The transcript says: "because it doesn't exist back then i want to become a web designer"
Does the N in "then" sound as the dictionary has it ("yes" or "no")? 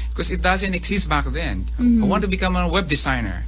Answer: yes